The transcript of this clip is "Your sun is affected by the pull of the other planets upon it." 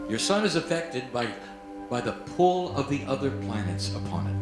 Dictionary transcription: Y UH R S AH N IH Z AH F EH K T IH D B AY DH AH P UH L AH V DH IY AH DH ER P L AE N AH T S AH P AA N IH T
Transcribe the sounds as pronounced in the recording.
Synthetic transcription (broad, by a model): Y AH R S AH N IH Z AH F EH K T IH D B AY DH AH P UH L AH V DH IY AH DH ER P L AE N AH T S AH P AA N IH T